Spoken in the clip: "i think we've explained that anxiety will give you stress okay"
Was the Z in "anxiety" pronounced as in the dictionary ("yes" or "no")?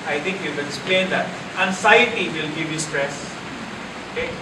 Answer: no